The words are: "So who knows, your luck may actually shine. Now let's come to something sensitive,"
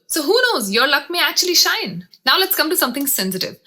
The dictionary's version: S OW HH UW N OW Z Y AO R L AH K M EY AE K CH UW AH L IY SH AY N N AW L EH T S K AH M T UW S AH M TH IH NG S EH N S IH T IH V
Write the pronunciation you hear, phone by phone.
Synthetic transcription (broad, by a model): S OW HH UW N OW Z Y AO R L AH K M EY AE K CH UW AH L IY SH AY N N AW L EH T S K AH M T UW S AH M T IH NG S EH N S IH T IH V